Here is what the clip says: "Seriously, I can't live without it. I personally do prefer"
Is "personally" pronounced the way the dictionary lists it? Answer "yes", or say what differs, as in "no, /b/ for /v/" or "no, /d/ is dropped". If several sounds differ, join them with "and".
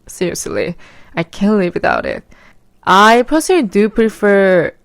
no, /n/ is dropped